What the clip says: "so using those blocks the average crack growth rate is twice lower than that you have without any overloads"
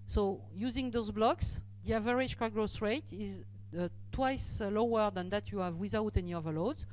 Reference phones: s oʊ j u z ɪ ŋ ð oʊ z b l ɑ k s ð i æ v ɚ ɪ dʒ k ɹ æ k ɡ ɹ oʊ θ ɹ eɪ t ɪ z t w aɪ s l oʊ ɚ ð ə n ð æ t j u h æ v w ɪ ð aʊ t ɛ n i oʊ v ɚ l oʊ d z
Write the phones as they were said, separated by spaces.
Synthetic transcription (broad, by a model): s oʊ j u z ɪ ŋ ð oʊ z b l ɑ k s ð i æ v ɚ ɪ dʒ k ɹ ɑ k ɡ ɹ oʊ s ɹ eɪ t ɪ z t w aɪ s l oʊ ɚ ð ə n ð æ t j u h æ v w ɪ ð aʊ t ɛ n i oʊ v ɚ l oʊ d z